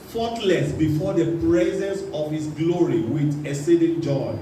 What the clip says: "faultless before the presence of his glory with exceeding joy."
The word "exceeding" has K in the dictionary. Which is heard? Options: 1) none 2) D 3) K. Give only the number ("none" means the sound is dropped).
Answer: 1